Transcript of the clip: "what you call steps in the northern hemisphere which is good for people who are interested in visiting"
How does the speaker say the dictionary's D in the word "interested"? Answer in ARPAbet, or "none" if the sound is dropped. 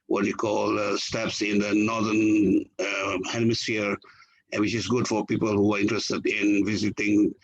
D